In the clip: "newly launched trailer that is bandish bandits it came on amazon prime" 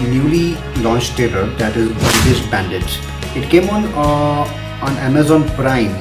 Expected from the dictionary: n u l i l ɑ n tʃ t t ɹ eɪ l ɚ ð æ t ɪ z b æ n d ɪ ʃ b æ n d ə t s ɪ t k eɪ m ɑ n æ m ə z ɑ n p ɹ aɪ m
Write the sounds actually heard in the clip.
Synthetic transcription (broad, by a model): n u l i l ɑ n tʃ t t eɪ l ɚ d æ t ɪ z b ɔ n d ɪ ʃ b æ n d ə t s ɪ t k eɪ m ɑ n æ m ə z ɑ n p ɹ aɪ m